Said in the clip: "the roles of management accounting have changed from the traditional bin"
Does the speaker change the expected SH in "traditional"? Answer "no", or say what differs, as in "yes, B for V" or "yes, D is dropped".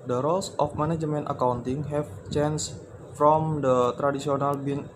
yes, S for SH